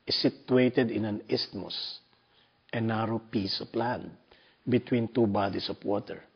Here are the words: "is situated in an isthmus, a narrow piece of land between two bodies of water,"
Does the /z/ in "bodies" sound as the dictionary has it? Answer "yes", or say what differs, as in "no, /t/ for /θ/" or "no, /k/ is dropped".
no, /s/ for /z/